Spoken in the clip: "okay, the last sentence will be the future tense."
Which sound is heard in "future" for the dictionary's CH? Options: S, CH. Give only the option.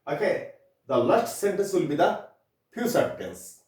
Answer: S